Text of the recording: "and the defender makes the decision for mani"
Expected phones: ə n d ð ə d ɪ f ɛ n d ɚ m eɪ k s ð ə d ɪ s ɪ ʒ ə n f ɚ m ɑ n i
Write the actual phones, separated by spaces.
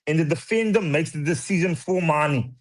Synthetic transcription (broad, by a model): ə n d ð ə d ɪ f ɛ n d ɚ m eɪ k s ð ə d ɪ s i z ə n f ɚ m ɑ n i